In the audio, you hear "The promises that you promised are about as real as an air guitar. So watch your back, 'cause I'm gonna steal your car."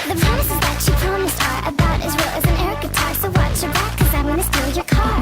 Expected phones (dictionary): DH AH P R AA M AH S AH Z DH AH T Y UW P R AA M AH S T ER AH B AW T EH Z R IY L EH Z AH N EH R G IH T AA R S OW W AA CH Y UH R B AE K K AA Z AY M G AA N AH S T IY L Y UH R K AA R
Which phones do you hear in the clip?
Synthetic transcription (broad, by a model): DH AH P R AA M AH S AH Z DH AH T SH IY P R AA M AH S T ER AH B AW T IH Z W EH L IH Z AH N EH R G IH T AA R S OW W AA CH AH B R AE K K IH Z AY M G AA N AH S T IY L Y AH R K AA R